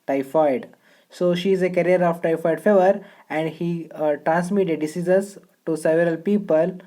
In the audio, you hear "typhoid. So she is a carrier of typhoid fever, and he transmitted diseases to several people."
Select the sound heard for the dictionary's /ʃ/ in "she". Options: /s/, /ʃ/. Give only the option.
/ʃ/